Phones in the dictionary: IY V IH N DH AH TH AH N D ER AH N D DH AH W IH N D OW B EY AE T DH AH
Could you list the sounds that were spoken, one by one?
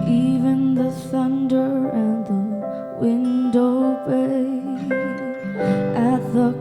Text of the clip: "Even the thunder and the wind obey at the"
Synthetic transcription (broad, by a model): IY V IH N DH AH TH AH N D ER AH N DH AH W IH N D OW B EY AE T DH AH